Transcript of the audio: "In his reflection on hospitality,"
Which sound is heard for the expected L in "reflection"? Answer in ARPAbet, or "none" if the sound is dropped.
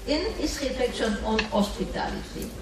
none